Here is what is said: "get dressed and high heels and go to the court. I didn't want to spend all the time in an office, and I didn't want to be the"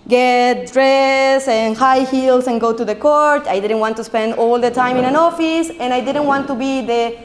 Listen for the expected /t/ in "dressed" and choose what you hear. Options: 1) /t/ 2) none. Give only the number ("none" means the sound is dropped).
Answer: 2